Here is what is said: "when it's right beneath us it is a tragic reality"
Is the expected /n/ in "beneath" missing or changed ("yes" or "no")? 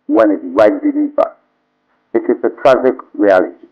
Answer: yes